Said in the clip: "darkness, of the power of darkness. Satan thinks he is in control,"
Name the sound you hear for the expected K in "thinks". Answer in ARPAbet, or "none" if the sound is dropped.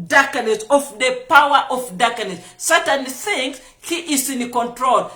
none